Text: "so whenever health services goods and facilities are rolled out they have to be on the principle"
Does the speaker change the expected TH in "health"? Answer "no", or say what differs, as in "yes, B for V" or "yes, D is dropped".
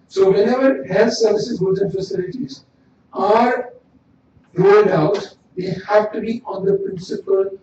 yes, T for TH